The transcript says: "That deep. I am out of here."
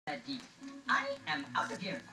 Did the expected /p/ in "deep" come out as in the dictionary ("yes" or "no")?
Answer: no